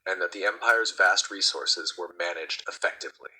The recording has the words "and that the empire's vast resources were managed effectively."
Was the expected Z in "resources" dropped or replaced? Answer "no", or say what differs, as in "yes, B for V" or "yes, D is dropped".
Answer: no